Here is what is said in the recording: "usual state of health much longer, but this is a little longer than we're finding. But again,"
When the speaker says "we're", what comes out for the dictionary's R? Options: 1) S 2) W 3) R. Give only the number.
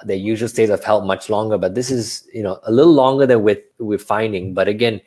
2